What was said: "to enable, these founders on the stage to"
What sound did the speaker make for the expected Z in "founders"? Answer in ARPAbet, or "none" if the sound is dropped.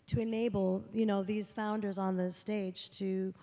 Z